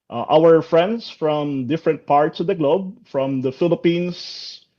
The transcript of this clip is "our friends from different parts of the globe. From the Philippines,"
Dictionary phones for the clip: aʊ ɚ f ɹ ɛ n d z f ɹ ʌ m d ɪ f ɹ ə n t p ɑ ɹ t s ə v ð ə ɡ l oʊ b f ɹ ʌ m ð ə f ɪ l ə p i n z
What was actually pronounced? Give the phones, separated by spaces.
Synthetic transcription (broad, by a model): aʊ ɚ f ɹ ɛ n d s f ɹ ʌ m d ɪ f ɹ ə n t p ɑ ɹ t s ə v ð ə ɡ l oʊ b f ɹ ʌ m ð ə f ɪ l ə p i n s